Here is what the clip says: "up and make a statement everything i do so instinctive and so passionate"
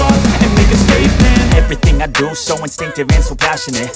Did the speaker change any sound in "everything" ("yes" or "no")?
no